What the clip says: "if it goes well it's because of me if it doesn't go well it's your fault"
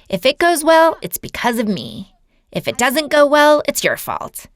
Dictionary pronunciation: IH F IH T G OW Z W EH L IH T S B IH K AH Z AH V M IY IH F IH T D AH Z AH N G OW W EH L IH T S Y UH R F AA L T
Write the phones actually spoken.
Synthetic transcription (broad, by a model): IH F IH T G OW Z W EH L IH T S B IH K AH Z AH V M IY IH F IH T D AH Z AH N G OW W EH L IH T S Y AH R F AA L T